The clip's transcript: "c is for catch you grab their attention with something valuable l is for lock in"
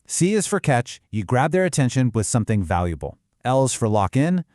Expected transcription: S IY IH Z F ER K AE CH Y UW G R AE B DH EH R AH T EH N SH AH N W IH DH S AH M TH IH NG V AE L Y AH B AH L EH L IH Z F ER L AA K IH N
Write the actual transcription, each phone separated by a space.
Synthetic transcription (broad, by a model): S IY IH Z F ER K AE CH Y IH G R AE B DH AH R AH T EH N SH AH N W IH DH S AH M TH IH NG V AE L Y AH B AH L EH L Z F ER L AA K IH N